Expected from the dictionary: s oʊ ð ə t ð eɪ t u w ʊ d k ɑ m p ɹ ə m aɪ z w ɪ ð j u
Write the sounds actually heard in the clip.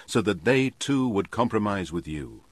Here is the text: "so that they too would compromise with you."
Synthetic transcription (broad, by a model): s oʊ ð ə t ð eɪ t u w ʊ d k ɑ m p ɹ ə m aɪ z w ɪ ð j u